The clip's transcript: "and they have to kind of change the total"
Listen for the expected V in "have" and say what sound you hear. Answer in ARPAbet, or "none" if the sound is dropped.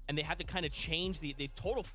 F